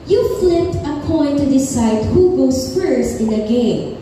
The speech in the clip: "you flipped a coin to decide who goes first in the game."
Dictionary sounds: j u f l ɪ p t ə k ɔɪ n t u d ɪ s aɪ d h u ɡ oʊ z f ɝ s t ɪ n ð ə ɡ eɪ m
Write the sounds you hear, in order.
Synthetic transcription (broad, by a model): j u f l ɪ t ə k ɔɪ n t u d ɪ s aɪ d h u ɡ oʊ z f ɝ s ɪ n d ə ɡ eɪ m